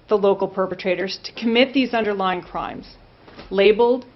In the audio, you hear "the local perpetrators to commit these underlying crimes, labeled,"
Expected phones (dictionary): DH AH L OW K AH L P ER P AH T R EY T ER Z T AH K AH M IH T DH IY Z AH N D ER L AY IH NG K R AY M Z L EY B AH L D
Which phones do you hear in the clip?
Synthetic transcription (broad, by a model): DH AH L OW K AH L P ER P AH T R EY T ER Z T AH K AH M IH T DH IY Z AH N D ER L AY IH NG K R AY M Z L EY B L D